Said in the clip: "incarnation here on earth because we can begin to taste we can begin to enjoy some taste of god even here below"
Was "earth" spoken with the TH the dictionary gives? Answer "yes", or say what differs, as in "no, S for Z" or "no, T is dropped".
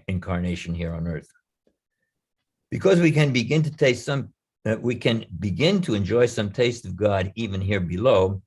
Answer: yes